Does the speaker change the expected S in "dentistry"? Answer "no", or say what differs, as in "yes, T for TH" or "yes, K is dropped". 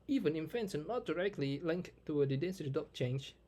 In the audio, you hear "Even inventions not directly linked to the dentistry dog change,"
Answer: yes, S is dropped